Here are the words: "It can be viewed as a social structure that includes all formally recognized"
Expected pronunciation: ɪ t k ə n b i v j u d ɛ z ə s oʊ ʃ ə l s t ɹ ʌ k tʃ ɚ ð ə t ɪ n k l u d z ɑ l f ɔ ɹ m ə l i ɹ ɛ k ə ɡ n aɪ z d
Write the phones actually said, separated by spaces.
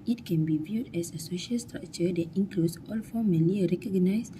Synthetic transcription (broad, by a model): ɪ t k ə n b i v j u d ɛ s ə s oʊ ʃ ə l s t ɹ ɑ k tʃ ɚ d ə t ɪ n k l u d s ɑ l f ɔ m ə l i ɹ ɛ k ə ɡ n aɪ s